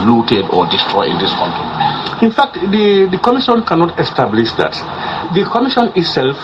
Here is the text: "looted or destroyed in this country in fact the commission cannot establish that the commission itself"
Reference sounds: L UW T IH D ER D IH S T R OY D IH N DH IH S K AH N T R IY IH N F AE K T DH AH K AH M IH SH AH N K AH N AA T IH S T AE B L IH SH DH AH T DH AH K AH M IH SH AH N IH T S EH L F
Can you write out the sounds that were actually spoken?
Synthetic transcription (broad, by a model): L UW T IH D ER D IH S T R OY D IH N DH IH S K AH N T IY IH N F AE K T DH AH K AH M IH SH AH N K AH N AA T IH S T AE B L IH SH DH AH T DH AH K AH M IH SH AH N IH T S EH L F